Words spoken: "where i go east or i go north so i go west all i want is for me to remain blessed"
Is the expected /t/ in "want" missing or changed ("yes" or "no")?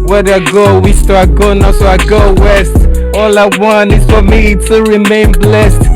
yes